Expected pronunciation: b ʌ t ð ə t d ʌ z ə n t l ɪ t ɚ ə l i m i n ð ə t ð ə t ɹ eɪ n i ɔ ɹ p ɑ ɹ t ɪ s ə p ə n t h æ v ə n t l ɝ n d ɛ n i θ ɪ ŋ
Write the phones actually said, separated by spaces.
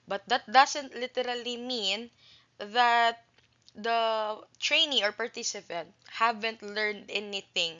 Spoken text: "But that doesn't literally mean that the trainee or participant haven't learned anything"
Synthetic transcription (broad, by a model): b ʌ t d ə t d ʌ s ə n t l ɪ t ɚ ə l i m i n ð ə t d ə t ɹ eɪ n i ɔ ɹ p ɑ ɹ t ɪ s ə p ə n t h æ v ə n t l ɝ n d ɛ n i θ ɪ ŋ